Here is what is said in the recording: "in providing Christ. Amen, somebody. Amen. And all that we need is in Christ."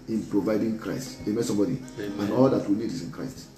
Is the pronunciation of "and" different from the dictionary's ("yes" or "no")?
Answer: yes